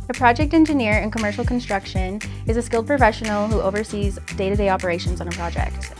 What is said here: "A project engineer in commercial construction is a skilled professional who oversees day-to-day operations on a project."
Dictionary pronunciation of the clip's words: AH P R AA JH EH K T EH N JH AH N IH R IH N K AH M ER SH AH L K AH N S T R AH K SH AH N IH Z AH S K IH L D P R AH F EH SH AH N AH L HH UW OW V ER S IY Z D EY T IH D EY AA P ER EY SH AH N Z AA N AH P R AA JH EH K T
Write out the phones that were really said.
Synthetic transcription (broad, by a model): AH P R AA JH EH K T EH N JH AH N IH R IH N K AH M ER SH L K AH N S T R AH K SH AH N IH Z AH S K IH L D P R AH F EH SH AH N L HH UW OW V ER S IY Z D EY T IH D EY AA P ER EY SH AH N Z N AH P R AA JH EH K T